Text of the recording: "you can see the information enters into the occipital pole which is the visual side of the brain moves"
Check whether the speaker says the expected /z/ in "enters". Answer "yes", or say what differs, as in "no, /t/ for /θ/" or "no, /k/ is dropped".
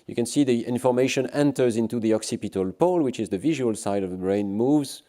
yes